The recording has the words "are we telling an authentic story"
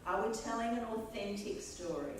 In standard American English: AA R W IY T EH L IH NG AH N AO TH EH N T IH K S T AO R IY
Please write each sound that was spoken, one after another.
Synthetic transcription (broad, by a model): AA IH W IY T EH L IH NG AH N AO TH EH N T IH K S T AO R IY